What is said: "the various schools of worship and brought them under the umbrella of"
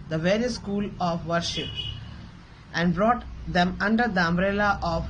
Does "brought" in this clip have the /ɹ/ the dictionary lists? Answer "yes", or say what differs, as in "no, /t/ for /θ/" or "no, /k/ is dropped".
yes